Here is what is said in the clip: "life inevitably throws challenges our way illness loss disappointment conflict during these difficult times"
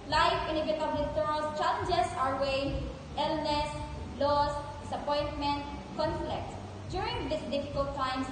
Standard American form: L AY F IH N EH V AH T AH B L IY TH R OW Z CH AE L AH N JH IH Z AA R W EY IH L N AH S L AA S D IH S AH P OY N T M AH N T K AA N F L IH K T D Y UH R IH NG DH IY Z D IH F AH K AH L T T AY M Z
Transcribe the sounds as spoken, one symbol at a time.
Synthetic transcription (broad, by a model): L AY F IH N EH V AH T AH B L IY T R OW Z CH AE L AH N JH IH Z AA R W EY IH L N AH S L AA S D IH S AH P OY N T M AH N T K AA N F L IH K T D Y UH R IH NG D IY S D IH F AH K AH L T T AY M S